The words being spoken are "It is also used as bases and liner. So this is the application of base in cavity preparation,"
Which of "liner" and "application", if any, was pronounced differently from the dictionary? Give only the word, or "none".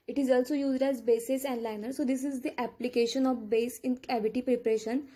none